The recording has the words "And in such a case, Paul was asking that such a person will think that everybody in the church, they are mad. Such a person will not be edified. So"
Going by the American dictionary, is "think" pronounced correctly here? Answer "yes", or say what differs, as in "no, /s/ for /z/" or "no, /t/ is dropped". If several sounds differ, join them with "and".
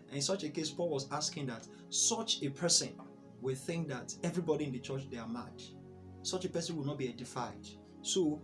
yes